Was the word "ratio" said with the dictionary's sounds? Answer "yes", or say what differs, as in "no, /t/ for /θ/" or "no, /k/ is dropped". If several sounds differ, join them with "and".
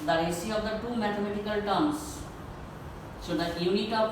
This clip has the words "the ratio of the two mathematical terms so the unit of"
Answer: no, /s/ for /ʃ/